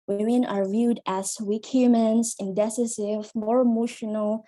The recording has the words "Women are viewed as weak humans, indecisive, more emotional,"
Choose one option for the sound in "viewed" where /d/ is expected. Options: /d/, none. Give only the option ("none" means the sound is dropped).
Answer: /d/